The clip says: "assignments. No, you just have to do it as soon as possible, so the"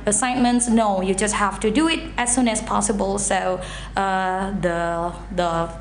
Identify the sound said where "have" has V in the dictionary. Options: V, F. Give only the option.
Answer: F